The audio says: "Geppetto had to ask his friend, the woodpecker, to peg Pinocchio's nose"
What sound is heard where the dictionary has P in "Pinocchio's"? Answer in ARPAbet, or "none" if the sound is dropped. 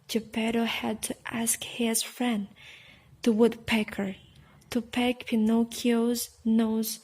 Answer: P